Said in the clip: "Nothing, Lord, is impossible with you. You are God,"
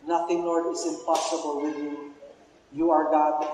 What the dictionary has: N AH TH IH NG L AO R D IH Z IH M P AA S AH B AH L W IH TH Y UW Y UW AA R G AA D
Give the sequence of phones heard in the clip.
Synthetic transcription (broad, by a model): N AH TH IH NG N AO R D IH S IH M P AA S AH B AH L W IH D Y UW Y UW AA R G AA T